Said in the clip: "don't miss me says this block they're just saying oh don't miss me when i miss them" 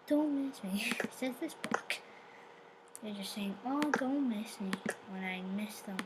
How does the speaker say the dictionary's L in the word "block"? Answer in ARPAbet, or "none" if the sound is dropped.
none